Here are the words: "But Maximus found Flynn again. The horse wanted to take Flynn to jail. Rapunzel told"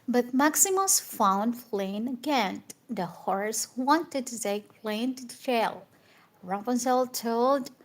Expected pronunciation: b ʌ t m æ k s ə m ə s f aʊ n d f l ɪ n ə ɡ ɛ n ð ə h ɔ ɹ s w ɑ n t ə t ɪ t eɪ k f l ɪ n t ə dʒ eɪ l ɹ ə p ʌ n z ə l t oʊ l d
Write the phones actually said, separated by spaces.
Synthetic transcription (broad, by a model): b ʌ t m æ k s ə m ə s f aʊ n d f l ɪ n ə ɡ ɛ n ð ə h ɔ ɹ s w ɑ n t ə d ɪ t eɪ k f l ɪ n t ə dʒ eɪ l ɹ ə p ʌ n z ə l t oʊ l d